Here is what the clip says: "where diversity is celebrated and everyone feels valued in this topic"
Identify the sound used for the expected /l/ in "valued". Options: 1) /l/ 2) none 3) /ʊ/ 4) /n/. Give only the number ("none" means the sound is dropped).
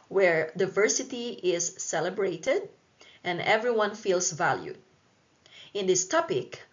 1